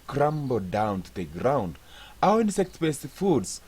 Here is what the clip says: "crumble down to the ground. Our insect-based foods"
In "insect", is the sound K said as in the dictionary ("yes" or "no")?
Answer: yes